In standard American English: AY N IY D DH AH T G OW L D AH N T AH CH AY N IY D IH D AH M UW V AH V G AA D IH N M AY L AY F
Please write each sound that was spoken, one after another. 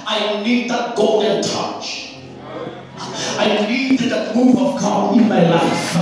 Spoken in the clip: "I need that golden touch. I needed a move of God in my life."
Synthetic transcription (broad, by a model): AY N IY D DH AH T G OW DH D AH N T AH CH AY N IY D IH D AH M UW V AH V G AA IH N M AY L AY F